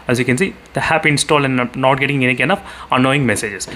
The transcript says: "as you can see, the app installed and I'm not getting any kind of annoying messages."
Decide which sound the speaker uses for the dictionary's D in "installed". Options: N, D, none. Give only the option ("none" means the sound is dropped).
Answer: none